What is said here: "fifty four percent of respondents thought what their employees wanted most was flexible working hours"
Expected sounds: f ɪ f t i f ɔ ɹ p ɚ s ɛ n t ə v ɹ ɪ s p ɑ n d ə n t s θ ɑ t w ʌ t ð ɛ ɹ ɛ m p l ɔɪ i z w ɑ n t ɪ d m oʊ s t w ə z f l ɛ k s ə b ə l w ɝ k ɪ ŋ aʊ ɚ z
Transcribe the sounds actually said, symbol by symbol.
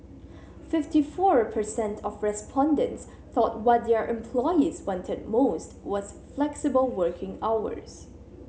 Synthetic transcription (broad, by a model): f ɪ f t i f ɔ ɹ p ɚ s ɛ n t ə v ɹ ɪ s p ɑ n d ə n t s θ ɑ t w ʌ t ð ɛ ɹ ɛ m p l ɔɪ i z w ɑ n t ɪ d m oʊ s t w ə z f l ɛ k s ə b ə l w ɝ k ɪ ŋ aʊ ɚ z